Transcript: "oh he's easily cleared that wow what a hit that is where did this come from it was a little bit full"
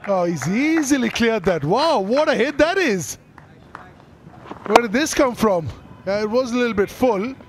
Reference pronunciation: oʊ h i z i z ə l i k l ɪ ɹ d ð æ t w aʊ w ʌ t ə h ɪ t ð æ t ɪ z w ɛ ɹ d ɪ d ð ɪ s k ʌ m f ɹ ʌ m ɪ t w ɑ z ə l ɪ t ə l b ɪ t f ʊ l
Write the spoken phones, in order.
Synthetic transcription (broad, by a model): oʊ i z i z ə l i k l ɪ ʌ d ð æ t w aʊ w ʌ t ə h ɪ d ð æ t ɪ z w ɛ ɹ d ɪ d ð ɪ s k ʌ m f ɹ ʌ m ɪ t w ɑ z ə l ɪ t l b ɪ t f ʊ l